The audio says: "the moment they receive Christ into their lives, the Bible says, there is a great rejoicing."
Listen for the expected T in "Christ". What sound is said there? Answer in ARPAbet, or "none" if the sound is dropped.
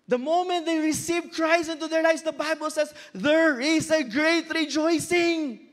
none